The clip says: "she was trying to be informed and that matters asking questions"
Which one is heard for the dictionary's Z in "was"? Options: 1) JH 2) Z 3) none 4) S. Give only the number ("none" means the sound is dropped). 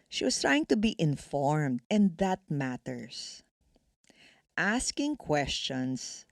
4